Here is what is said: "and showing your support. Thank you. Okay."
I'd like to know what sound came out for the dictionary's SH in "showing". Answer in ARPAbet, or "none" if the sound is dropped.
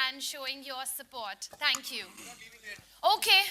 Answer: SH